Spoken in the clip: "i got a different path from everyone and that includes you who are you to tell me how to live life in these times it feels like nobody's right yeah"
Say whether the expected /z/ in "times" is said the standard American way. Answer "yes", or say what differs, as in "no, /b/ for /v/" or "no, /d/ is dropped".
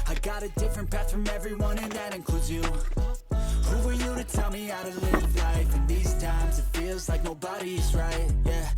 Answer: yes